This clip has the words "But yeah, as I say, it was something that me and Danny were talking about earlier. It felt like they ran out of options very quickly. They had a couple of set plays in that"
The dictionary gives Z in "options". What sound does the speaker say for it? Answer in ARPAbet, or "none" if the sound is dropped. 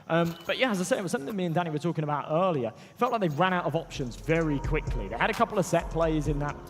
Z